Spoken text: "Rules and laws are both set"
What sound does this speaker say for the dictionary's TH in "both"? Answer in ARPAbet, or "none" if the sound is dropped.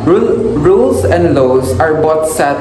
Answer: T